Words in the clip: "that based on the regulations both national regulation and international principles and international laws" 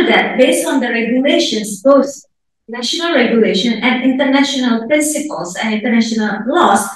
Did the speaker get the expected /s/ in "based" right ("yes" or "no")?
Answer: yes